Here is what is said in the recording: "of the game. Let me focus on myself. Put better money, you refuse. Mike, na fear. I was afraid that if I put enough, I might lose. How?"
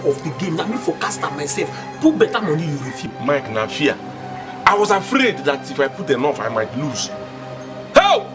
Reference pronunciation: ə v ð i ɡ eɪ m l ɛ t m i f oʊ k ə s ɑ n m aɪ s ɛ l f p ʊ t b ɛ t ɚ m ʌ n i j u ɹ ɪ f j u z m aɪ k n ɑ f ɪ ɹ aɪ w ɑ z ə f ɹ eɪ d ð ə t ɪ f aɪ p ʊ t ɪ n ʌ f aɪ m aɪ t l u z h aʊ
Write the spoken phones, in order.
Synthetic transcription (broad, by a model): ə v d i ɡ eɪ m n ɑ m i f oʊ k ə s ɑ m aɪ s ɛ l f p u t b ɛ t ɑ m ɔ n i j u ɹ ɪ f j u m aɪ k n ɑ f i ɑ aɪ w ɑ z ə f ɹ eɪ d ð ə t ɪ f aɪ p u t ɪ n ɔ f aɪ m aɪ t l u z h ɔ